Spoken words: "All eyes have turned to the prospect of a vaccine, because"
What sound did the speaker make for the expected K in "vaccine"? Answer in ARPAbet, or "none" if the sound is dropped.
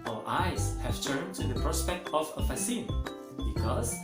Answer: none